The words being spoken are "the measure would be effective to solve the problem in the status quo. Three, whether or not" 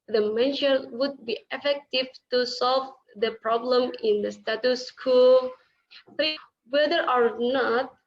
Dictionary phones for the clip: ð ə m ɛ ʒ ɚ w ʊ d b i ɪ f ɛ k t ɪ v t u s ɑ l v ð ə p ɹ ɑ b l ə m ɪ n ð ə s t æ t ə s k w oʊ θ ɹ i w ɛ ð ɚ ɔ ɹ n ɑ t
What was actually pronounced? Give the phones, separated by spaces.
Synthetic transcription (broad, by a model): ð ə m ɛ ʃ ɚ w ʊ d b i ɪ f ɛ k t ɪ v t u s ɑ l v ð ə p ɹ ɑ b l ə m ɪ n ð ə s t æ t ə s k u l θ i w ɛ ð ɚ ɔ ɹ n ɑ t